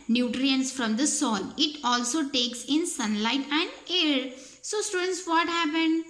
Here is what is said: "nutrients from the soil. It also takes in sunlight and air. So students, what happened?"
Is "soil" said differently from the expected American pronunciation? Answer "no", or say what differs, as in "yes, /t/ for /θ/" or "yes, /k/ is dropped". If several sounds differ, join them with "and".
yes, /n/ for /l/